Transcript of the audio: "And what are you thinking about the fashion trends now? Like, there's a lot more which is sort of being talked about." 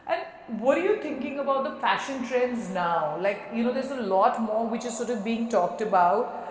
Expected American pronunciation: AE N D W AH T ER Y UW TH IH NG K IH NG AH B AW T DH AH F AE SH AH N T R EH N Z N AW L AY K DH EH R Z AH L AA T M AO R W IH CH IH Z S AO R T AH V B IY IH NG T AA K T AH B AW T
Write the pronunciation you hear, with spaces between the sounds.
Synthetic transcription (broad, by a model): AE N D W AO T ER Y UW T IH NG K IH NG AH B AW T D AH F AE SH AH N T R EH N Z N AW L AY K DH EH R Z AH L AA T M AO R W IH CH IH Z S AO R T AH V B IY IH NG T AA K T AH B AW T